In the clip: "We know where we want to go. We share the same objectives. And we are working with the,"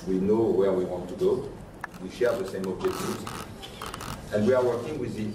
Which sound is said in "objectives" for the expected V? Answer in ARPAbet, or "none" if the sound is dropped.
none